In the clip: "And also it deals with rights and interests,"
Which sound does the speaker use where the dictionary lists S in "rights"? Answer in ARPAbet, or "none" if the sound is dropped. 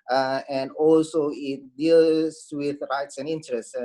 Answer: S